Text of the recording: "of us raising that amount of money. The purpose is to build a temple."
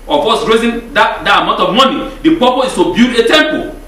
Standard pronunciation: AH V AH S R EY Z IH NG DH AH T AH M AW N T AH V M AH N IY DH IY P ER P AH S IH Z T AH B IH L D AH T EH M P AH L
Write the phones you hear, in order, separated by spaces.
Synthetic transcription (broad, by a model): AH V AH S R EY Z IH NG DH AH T AH M AW N T AH V M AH N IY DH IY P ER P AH IH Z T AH B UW D AH T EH M P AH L